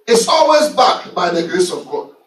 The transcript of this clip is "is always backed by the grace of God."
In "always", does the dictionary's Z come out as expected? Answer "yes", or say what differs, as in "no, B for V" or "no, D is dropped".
yes